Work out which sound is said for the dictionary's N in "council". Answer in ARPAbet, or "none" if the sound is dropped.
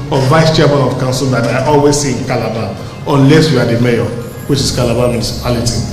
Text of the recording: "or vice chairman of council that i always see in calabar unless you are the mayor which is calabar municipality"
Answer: N